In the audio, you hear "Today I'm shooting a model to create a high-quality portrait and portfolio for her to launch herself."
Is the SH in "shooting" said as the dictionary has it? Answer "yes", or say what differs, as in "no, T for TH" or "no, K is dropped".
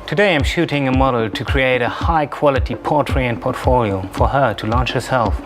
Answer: yes